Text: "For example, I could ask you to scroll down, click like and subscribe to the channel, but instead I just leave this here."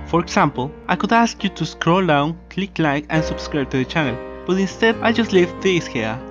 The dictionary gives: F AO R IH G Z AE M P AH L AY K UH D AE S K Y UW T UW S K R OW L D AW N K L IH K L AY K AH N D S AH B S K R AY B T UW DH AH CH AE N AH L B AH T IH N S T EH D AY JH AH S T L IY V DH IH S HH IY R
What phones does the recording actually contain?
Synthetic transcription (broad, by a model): F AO R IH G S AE M P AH L AY K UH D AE S K Y UW T UW S K R OW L D AW N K L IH K L AY K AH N S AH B S K R AY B T UW DH AH CH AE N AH L B AH T IH N S T EH D AY JH AH S T L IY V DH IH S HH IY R